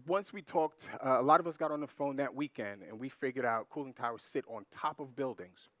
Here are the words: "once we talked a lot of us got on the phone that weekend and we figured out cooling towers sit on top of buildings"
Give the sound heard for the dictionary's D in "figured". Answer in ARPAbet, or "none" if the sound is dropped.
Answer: D